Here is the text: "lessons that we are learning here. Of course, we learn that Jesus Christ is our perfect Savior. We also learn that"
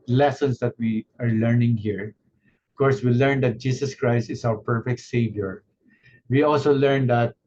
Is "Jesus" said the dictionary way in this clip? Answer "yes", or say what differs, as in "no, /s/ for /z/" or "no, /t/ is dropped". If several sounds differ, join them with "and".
no, /s/ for /z/